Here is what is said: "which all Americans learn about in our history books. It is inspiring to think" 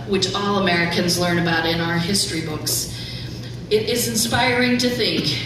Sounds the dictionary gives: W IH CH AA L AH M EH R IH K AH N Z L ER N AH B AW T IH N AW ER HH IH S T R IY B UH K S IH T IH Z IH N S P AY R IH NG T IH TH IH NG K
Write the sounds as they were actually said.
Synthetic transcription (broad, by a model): W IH CH AA L AH M EH R IH K AH N Z L ER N AH B AW T IH N AW ER HH IH S T R IY B UH K S IH T IH Z IH N S P AY R IH NG T IH TH IH NG K